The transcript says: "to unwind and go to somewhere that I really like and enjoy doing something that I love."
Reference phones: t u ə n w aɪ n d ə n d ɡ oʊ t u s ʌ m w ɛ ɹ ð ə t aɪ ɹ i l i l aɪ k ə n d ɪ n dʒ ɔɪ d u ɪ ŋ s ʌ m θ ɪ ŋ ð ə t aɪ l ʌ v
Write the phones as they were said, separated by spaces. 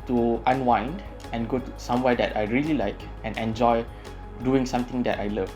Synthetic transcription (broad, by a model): t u ə n w aɪ n d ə n ɡ oʊ t u s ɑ m w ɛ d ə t aɪ ɹ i l i l aɪ k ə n ɪ n dʒ ɔɪ d u ɪ ŋ s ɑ m t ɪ ŋ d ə t aɪ l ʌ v